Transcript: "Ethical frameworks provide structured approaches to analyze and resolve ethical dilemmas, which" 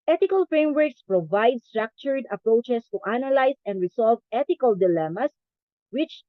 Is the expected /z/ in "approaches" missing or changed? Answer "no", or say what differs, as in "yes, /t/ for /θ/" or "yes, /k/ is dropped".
yes, /s/ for /z/